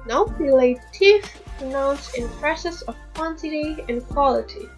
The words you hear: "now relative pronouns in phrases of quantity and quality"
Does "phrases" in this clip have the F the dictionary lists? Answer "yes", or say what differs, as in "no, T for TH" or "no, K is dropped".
no, P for F